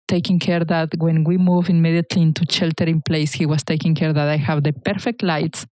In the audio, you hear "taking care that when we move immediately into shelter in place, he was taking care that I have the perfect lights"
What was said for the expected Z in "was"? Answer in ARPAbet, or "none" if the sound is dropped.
S